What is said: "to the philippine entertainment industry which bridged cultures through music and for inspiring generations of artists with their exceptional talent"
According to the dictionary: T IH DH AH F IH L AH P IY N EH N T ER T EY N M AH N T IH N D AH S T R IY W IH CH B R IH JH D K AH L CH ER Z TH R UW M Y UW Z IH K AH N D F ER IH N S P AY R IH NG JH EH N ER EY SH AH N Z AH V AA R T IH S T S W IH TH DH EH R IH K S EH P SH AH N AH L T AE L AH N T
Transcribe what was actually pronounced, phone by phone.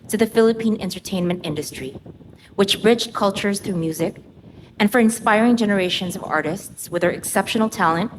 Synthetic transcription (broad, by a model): T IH DH AH F IH L AH P IY N EH N T ER T EY N M AH N T IH N D AH S T R IY W IH CH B R IH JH K AH L CH ER Z TH R UW M Y UW Z IH K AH N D F ER IH N S P AY R IH NG JH EH N ER EY SH AH N Z AH V AA R T IH S T S W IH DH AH R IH K S EH P SH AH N L T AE L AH N T